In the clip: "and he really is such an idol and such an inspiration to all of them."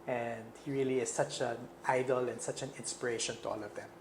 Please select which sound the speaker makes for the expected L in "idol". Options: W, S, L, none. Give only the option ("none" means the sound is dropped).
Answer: L